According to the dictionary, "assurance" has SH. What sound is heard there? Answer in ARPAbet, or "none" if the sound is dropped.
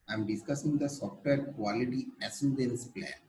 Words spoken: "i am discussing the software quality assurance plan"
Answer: S